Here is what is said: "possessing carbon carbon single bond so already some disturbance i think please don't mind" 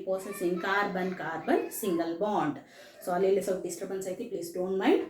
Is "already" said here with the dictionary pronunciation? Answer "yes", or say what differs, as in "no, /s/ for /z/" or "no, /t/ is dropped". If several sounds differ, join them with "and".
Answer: no, /ɹ/ is dropped